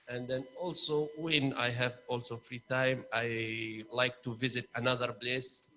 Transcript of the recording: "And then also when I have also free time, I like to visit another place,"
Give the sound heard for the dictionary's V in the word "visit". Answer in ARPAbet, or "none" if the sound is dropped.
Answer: V